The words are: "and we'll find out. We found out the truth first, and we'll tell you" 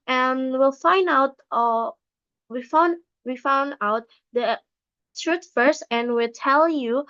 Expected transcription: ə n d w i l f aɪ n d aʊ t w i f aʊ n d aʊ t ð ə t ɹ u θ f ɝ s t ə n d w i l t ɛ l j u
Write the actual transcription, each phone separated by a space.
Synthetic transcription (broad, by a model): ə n w i l f aɪ n d aʊ t w i f aʊ n d aʊ t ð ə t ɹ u t f ɝ s t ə n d w i l t ɛ l j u